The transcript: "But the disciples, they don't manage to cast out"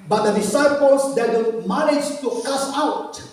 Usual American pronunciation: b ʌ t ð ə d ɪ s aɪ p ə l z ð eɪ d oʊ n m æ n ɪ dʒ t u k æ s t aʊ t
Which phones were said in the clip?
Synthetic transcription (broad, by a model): b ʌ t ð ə d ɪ s aɪ p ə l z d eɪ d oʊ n m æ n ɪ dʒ t u k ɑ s aʊ t